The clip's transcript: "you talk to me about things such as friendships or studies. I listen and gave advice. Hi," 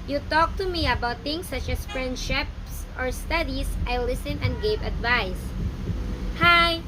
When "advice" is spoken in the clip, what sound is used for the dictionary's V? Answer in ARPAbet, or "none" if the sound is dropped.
V